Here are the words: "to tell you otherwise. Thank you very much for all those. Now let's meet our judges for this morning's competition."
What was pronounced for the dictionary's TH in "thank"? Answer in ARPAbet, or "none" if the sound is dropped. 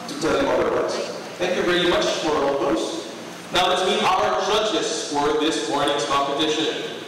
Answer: TH